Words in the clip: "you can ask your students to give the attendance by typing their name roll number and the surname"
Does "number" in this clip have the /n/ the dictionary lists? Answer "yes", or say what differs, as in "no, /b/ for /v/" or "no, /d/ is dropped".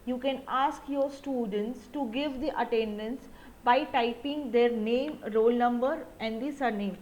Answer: yes